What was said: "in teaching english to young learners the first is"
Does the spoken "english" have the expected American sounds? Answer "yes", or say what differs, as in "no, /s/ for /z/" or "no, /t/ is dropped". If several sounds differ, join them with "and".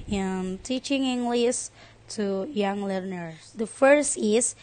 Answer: no, /s/ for /ʃ/